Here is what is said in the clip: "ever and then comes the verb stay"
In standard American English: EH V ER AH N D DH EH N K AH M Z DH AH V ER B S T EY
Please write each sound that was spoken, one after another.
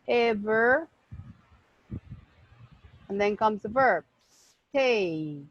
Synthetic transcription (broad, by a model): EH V ER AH N DH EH N K AH M Z DH AH V ER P S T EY